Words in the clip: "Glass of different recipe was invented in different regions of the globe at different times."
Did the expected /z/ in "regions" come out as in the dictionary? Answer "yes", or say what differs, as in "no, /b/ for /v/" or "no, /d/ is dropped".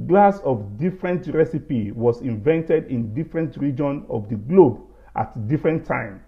no, /z/ is dropped